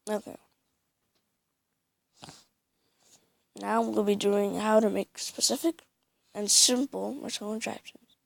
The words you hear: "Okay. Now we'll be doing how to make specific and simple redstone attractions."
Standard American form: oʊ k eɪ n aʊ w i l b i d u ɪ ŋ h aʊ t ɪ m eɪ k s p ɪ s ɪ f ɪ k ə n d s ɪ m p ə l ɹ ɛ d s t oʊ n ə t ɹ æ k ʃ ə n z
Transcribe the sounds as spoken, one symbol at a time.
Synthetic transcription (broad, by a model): oʊ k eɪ n aʊ w i l b i d u ɪ ŋ h aʊ t ɪ m eɪ k s p ɪ s ɪ f ɪ k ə n s ɪ m p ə l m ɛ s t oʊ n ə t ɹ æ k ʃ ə n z